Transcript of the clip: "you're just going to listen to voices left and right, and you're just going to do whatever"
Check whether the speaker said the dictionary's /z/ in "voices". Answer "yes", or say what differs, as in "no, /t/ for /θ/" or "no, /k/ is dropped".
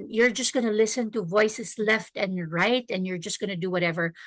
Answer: no, /s/ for /z/